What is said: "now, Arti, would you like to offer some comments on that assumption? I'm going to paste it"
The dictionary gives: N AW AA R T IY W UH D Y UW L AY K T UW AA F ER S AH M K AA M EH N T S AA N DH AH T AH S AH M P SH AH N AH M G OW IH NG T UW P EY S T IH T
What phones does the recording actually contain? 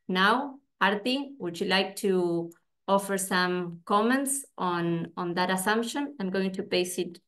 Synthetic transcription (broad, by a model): N AW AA R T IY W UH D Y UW L AY K T UW AA F ER S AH M K AA M EH N T S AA N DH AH T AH S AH M P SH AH N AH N G OW IH NG T UW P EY S IH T